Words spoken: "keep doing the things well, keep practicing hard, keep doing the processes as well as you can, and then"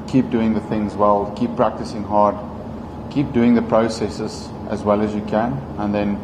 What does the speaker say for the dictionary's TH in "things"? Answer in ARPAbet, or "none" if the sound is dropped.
TH